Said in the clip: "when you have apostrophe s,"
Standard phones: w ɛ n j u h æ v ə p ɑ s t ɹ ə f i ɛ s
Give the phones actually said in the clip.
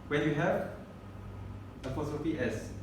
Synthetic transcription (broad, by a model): w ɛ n j u h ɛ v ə f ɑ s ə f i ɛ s